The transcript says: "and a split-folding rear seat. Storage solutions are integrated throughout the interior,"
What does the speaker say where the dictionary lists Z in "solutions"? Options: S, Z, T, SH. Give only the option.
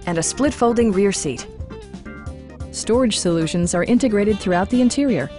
Z